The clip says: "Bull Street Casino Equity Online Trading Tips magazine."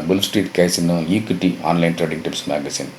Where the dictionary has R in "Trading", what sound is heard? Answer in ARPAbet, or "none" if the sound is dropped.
R